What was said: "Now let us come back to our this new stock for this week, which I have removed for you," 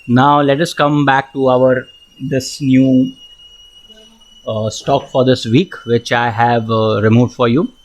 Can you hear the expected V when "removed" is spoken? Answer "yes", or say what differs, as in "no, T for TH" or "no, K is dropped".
yes